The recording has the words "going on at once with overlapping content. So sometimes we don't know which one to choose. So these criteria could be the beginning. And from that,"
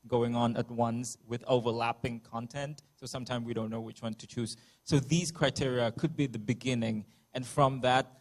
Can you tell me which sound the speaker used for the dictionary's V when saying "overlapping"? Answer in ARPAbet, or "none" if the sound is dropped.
V